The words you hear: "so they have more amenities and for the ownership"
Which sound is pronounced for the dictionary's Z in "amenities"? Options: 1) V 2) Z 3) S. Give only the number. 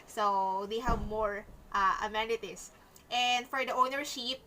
3